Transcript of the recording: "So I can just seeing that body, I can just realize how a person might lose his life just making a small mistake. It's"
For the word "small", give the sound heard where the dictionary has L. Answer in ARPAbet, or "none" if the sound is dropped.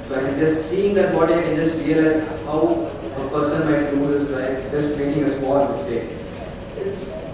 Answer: N